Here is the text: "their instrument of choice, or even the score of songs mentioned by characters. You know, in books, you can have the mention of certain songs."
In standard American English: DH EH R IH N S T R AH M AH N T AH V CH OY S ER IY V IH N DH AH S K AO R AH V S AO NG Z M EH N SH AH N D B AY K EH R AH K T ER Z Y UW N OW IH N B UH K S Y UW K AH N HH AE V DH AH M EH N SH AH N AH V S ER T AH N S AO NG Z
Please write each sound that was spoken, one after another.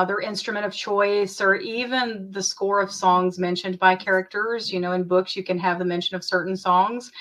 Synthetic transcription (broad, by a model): DH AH R IH N S T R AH M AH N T AH V CH OY S ER IY V IH N DH AH S K AO R AH V S AO NG Z M EH N SH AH N B AY K EH R AH K T ER Z Y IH N OW IH N B UH K S Y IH K AH N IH V DH AH M EH N SH AH N AH V S ER T N S AO NG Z